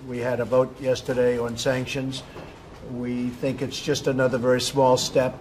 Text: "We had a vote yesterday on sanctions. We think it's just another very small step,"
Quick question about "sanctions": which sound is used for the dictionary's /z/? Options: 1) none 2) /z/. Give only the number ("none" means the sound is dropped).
2